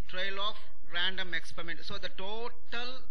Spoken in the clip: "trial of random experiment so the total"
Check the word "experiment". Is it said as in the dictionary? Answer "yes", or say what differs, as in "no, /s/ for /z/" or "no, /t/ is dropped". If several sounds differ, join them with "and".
yes